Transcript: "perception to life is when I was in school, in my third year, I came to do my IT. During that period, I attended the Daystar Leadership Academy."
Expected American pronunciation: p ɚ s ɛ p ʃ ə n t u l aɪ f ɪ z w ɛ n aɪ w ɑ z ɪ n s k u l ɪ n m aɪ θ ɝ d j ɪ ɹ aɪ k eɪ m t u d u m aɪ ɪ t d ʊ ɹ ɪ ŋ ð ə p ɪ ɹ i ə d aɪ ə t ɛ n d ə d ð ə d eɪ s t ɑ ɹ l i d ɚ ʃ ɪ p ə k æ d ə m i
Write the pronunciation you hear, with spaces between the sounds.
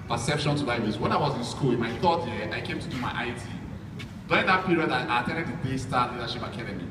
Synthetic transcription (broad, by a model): p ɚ s ɛ p ʃ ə n t u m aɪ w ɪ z w ɛ n aɪ w ɑ z ɪ n s k u l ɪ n m aɪ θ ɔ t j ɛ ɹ aɪ k eɪ m t u d u m aɪ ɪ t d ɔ ɪ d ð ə p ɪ ɹ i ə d aɪ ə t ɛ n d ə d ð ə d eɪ s t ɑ l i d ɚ ʃ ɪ p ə k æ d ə m i